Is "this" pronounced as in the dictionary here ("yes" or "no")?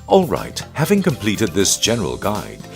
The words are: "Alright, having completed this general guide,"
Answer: yes